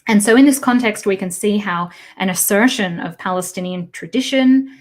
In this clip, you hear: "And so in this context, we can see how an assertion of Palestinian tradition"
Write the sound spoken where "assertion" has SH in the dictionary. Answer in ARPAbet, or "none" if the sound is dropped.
SH